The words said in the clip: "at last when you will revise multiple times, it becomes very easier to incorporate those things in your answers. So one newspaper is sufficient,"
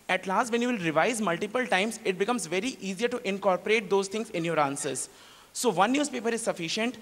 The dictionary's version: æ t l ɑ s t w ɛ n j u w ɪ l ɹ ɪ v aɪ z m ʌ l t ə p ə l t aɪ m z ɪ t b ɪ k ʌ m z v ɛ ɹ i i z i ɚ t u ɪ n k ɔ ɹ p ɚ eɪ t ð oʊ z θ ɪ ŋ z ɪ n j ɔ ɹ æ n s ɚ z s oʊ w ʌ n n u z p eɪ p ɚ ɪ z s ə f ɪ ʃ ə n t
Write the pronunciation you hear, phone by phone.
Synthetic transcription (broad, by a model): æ t l ɑ s t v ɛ n j u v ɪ l ɹ ɪ v aɪ z m ʌ l t ə p ə l t aɪ m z ɪ t b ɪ k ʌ m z v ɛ ɹ i i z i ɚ t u ɪ n k ɔ ɹ p ɚ eɪ t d oʊ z t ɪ ŋ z ɪ n j ɔ ɹ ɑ n s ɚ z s oʊ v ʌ n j u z p eɪ p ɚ ɪ z s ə f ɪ ʃ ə n t